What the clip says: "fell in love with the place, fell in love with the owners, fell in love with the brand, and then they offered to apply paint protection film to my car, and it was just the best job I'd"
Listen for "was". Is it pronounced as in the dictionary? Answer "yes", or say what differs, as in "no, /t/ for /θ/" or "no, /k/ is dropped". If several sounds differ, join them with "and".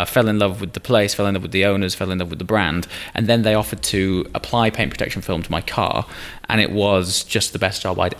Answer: yes